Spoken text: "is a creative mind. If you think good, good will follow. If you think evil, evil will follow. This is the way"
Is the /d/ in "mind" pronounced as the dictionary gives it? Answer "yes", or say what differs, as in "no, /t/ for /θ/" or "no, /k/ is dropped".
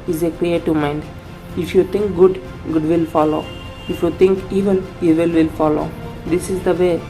yes